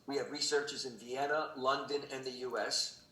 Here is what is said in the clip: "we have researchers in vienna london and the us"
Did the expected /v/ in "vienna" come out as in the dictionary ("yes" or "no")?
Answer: yes